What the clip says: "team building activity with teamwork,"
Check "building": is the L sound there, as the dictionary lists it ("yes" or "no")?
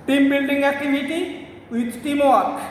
no